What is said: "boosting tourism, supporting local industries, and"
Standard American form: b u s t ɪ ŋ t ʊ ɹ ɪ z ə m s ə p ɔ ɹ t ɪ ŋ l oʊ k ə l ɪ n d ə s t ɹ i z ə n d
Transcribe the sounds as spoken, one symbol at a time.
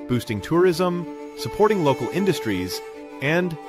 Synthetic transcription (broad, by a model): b u s t ɪ ŋ t ʊ ɹ ɪ z ə m s ə p ɔ ɹ t ɪ ŋ l oʊ k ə l ɪ n d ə s t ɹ i z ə n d